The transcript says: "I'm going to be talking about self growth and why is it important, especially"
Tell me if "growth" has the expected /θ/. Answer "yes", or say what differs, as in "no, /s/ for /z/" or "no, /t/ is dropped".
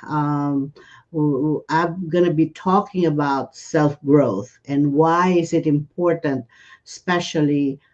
yes